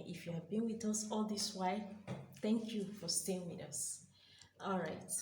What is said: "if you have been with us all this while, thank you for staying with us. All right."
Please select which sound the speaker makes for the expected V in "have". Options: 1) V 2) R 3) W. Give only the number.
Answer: 1